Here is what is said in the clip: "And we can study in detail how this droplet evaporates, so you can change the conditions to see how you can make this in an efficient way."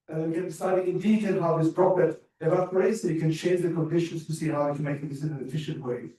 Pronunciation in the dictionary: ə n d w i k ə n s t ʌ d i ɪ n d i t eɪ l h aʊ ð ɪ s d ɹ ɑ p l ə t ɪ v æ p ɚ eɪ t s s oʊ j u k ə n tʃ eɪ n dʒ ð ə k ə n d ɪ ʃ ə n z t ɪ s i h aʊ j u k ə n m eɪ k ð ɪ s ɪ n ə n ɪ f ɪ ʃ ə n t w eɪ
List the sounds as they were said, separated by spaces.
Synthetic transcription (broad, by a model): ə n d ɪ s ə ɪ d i ɪ n d i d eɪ n h aʊ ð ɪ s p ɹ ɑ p ə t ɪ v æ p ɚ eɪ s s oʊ k ə n tʃ eɪ n dʒ ð ə k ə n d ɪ ʃ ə n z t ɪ s i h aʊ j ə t m eɪ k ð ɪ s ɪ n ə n ɪ f ɪ ʃ ə n t w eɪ